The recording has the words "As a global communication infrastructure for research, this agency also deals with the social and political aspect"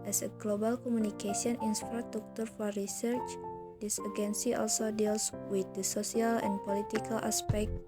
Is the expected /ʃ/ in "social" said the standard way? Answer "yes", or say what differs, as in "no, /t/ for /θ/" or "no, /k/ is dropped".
no, /s/ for /ʃ/